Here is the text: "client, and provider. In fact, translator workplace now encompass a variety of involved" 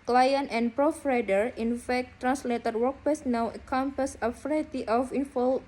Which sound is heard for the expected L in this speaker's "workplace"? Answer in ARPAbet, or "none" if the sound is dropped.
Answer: none